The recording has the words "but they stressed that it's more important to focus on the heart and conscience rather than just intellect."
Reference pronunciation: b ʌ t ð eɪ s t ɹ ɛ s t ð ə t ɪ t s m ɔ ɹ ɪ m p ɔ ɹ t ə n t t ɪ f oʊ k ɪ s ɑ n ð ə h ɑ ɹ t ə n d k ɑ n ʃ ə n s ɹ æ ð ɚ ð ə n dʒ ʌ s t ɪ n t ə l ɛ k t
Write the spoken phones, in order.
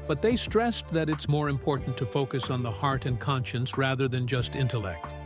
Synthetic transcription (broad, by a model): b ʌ t ð eɪ s t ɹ ɛ s ð ə t ɪ t s m ɔ ɹ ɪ m p ɔ ɹ t n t t ɪ f oʊ k ɪ s n ð ə h ɑ ɹ t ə n k ɑ n ʃ ə n s ɹ æ ð ɚ ð ə n dʒ ʌ s t ɪ n t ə l ɛ k t